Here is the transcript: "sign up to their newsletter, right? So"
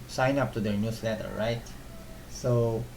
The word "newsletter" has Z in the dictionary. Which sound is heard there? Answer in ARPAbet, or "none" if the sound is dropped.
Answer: S